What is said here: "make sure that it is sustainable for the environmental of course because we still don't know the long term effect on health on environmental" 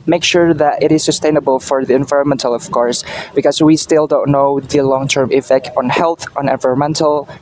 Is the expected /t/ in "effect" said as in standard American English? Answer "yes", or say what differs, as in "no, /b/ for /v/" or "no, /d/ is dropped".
yes